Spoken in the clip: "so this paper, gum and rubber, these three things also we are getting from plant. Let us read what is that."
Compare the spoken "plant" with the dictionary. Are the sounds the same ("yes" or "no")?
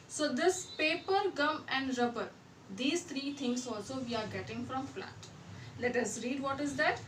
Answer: no